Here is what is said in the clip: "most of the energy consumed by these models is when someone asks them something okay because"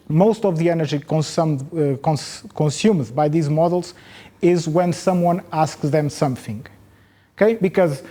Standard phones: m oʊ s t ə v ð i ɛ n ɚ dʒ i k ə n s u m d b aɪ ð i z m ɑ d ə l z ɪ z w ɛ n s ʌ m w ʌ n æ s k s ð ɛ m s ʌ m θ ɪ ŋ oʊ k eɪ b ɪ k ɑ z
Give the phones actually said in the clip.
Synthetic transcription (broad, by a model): m oʊ s t ə v ð i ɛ n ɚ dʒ i k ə n s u m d b aɪ ð i z m ɑ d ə l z ɪ z w ɛ n s ʌ m w ʌ n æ s k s ð ɛ m s ʌ m θ ɪ ŋ oʊ k eɪ b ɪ k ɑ z